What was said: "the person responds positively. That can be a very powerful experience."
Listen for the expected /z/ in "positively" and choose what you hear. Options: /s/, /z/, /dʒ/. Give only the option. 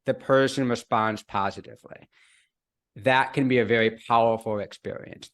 /z/